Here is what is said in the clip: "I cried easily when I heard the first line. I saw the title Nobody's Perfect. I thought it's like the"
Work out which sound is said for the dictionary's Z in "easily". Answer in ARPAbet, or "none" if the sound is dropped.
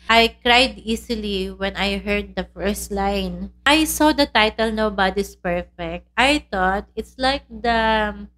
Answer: S